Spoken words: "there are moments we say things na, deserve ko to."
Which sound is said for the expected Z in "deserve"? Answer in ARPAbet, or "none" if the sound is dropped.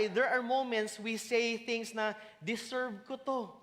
S